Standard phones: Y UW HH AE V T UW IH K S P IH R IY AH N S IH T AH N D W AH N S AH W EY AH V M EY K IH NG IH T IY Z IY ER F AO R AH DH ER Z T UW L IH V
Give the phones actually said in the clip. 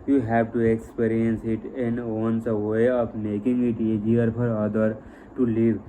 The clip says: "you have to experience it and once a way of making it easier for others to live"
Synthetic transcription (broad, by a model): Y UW HH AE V T UW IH K S P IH R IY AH N S IH T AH N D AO N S AH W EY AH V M EY K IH NG IH T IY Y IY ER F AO R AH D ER T UW L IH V